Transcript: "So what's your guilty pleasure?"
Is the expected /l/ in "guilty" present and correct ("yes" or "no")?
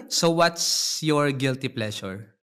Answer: yes